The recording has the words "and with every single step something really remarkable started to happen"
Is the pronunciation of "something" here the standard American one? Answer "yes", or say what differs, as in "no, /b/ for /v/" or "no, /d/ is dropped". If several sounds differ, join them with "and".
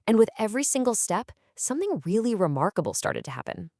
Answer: yes